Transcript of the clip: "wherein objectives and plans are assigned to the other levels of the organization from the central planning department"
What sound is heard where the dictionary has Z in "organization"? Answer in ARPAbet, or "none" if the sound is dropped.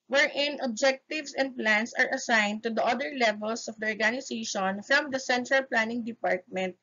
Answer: S